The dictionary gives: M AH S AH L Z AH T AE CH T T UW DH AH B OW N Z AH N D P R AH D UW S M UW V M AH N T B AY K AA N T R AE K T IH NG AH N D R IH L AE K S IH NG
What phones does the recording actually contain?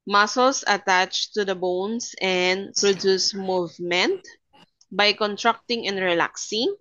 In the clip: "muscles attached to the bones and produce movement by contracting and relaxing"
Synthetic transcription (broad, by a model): M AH S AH L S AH T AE CH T T UW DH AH B OW N S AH N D P R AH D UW S M UW V M AH N T B AY K AA N T R AE K T IH NG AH N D R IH L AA K S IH NG